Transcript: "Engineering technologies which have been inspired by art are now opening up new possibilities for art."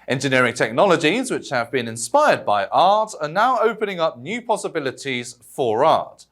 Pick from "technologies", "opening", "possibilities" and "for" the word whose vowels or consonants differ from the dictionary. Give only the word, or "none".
none